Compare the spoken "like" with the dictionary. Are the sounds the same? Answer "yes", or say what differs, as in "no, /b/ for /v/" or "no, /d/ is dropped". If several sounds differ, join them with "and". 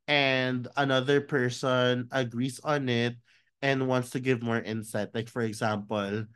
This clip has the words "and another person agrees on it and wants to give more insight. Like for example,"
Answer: yes